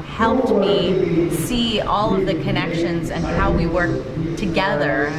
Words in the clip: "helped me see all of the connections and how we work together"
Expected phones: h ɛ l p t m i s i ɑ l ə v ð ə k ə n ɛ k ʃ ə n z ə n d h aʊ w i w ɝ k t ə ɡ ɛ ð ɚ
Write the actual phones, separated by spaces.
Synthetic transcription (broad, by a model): h ɛ l p t m i s i ɑ l ə v ð ə k ə n ɛ k ʃ ə n z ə n h aʊ w i w ɝ k t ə ɡ ɛ ð ɚ